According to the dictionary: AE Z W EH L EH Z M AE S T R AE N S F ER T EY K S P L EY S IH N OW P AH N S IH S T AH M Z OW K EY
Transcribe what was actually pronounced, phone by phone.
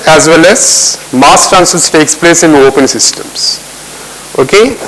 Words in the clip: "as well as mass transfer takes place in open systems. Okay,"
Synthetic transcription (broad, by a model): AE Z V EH L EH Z M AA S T AE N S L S T EY K S P L EY S IH N OW P AH N S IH S T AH M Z OW K EY